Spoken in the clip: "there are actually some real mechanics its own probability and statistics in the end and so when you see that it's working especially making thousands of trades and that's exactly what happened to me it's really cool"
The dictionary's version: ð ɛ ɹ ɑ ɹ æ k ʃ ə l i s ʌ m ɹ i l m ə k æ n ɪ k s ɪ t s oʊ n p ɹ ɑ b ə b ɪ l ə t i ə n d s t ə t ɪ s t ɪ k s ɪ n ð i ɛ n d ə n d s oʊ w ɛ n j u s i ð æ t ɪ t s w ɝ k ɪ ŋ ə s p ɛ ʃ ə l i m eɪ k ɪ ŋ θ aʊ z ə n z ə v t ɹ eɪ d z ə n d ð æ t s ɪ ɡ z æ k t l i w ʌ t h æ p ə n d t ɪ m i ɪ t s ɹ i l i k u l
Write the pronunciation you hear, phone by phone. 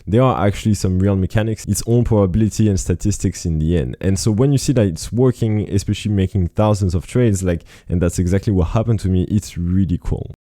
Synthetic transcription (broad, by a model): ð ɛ ɹ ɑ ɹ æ k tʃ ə l i s ʌ m ɹ i l m ə k æ n ɪ k s ɪ t s oʊ n p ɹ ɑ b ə b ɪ l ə t i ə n s t ə t ɪ s t ɪ k s ɪ n ð i ɛ n d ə n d s oʊ w ɛ n j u s i ð æ t ɪ t s w ɝ k ɪ ŋ ə s p ɛ ʃ ə l i m eɪ k ɪ ŋ θ aʊ z ə n z ə v t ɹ eɪ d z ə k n ð æ t s ɪ ɡ z æ k t l i w ʌ t h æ p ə n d t ɪ m i ɪ t s ɹ i l i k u l